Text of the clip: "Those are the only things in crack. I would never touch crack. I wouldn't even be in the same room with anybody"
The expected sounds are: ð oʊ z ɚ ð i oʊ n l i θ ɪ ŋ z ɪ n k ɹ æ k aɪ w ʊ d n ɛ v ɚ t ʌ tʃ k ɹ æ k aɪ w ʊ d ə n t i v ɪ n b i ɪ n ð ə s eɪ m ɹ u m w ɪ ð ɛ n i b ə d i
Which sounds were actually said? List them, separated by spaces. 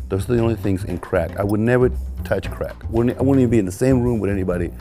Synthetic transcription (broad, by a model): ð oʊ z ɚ ð i oʊ n l i θ ɪ ŋ z ɪ n k ɹ æ k aɪ w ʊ d n ɛ v ɚ t ʌ tʃ k ɹ æ k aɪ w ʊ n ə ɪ w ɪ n b i ɪ n ð ə s eɪ m ɹ u m w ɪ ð ɛ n i b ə d i